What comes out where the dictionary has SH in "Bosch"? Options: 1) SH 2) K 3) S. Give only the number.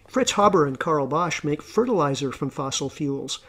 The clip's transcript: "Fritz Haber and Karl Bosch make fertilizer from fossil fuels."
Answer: 1